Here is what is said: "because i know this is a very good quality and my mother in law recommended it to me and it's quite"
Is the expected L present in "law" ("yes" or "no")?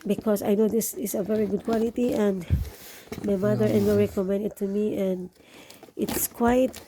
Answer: no